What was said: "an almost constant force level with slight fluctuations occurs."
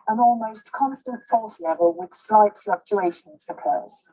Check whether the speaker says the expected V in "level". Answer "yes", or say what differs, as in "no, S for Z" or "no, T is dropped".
yes